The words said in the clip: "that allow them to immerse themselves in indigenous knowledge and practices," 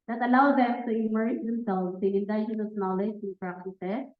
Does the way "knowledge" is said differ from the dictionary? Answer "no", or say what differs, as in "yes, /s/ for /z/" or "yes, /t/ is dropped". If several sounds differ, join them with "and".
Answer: no